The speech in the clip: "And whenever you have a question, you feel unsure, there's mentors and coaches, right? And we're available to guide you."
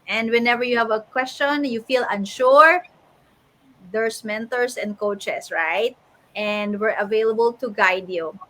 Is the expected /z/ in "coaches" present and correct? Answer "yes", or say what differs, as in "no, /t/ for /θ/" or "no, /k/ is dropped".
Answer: no, /s/ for /z/